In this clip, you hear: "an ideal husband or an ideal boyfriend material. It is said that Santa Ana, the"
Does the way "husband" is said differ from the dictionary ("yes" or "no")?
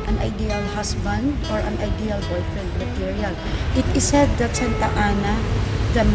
yes